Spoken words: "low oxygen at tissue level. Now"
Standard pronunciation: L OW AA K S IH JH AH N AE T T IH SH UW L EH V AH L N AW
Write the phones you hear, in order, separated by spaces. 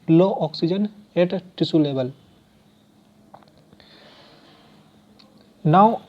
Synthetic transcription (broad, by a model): L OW AA K S IH JH AH N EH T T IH S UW L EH B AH L N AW